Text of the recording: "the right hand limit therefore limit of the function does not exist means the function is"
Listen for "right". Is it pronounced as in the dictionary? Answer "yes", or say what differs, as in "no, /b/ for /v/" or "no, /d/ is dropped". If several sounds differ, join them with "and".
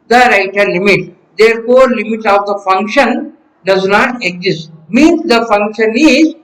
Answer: yes